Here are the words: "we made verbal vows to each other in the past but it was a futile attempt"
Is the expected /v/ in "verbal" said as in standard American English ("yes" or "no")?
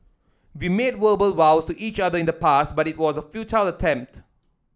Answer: no